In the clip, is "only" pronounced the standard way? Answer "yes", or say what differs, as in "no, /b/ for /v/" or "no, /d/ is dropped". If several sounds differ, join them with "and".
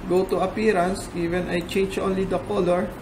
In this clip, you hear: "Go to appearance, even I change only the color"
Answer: yes